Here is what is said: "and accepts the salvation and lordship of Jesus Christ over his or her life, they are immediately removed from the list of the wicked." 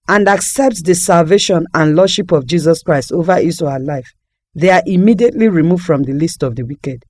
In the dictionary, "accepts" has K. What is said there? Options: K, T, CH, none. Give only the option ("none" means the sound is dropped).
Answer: K